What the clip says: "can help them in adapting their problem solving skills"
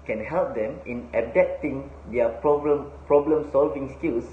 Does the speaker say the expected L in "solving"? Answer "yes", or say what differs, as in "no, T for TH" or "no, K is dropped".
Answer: yes